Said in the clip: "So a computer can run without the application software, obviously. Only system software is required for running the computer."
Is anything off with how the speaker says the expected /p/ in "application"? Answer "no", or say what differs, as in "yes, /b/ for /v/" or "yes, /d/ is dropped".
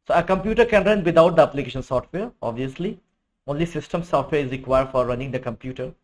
no